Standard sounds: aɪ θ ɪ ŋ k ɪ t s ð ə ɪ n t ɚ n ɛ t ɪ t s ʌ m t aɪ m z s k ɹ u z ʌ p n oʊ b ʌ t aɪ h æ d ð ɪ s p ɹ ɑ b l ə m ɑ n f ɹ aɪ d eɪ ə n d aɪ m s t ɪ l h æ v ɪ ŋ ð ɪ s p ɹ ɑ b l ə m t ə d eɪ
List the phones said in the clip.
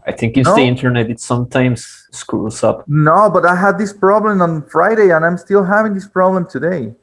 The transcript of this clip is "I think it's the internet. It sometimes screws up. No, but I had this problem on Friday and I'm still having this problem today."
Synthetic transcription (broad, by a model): aɪ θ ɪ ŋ k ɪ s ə ɪ n t ɚ n ɛ t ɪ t s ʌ m t aɪ m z s k u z ʌ p n oʊ b ʌ t aɪ h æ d ð ɪ s p ɹ ɑ b l ə m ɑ n f ɹ aɪ d eɪ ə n aɪ m s t ɪ l h æ v ɪ ŋ ð ɪ s p ɹ ɑ b l ə m t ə d eɪ